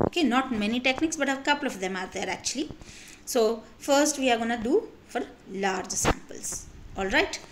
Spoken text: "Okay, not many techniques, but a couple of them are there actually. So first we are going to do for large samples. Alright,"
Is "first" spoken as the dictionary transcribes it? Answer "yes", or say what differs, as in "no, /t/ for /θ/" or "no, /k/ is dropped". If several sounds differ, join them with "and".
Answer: yes